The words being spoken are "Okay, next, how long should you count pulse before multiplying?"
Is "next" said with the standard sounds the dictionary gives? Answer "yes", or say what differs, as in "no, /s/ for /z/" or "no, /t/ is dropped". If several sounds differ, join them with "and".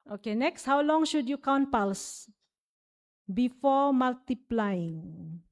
yes